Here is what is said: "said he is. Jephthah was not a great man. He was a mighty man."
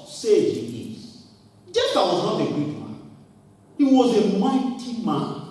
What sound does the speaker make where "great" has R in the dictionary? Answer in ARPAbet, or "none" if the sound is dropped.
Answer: none